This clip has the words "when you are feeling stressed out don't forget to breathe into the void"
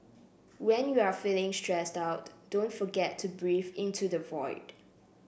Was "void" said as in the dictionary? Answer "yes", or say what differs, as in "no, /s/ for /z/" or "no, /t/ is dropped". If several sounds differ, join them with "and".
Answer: yes